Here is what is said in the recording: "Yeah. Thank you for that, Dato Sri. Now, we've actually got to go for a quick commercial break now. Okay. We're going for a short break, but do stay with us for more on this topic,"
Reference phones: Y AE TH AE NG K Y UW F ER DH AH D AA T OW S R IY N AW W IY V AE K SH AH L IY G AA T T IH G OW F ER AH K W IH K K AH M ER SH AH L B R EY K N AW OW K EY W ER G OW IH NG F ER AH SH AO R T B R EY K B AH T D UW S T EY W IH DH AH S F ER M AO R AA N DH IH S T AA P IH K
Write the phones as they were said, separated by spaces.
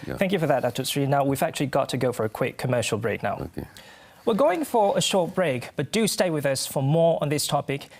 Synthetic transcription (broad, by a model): TH AE NG K Y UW F ER DH AH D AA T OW S R IY N AW W IY V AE K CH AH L IY G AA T T IH G OW F ER AH K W IH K K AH M ER SH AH L B R EY K N AW W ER G OW IH NG F ER AH SH AO R T B R EY K B AH T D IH S T EY W IH DH AH S F ER M AO R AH N DH IH S T AA P IH K